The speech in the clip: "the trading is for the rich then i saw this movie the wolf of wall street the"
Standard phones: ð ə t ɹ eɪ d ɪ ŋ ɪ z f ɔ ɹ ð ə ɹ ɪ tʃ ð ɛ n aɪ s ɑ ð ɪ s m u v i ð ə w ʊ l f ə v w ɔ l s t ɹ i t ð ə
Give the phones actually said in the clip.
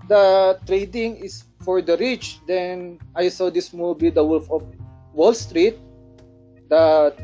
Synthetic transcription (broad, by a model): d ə t ɹ eɪ d ɪ ŋ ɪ s f ɔ ɹ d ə ɹ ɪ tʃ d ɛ n aɪ s ɑ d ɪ s m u b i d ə w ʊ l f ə f w ɔ l s t ɹ i t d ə